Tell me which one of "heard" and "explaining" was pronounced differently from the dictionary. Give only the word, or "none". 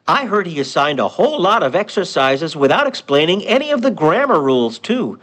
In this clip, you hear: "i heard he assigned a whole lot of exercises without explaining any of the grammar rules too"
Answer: none